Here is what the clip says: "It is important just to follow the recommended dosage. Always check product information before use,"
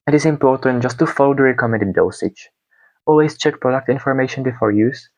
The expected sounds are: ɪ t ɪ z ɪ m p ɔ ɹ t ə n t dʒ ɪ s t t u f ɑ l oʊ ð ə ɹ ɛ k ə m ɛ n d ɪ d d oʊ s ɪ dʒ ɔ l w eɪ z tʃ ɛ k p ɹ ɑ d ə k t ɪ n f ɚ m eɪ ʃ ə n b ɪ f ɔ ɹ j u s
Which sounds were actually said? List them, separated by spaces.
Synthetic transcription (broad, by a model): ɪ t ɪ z ɪ m p ɔ ɹ t ə n t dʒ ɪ s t t u f ɑ l oʊ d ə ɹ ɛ k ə m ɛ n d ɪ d d oʊ s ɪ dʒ ɔ l w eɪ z tʃ ɛ k p ɹ ɑ d ə k t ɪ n f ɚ m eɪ ʃ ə n b ɪ f ɔ ɹ j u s